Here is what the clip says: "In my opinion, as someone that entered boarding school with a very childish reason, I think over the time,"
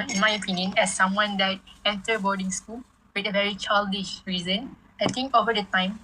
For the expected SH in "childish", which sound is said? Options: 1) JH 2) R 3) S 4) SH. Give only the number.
4